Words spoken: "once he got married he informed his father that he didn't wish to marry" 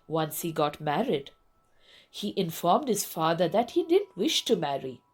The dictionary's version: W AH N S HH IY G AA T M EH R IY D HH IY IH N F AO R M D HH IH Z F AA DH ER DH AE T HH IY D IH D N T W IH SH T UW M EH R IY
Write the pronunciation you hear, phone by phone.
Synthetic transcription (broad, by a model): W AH N S HH IY G AA T M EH R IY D HH IY IH N F AO R M D HH IH Z F AA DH ER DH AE T HH IY D IH D N T W IH SH T UW M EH R IY